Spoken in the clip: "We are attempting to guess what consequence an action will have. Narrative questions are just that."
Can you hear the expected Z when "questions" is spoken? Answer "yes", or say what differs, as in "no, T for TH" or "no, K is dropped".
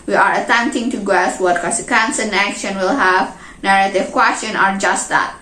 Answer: no, Z is dropped